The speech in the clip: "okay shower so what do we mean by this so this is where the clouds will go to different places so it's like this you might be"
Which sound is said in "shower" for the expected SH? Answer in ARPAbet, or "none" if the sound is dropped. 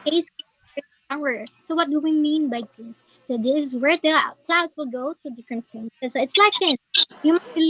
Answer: S